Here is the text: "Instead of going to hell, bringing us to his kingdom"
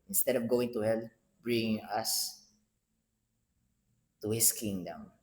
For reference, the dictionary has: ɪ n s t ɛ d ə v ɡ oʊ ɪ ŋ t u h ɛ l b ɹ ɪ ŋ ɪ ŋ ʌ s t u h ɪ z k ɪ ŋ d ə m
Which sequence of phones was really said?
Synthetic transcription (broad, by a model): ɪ n s t ɛ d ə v ɡ oʊ ɪ ŋ t u h ɛ l b ɹ ɪ ŋ ɪ ŋ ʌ s t u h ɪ s k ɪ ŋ d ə m